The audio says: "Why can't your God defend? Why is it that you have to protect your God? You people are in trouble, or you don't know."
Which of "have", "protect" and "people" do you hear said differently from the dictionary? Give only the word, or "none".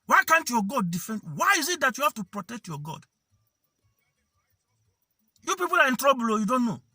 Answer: have